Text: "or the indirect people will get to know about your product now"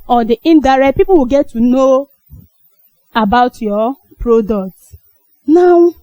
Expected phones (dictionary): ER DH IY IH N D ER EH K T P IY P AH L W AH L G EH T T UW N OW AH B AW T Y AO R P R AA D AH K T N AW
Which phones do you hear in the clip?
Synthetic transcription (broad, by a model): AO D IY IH N D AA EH T P IY P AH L W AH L G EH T T UW N OW AH B AW T Y AO P R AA D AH K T N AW